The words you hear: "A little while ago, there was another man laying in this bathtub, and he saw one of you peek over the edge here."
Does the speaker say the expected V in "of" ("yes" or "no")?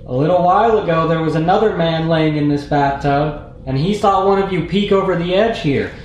yes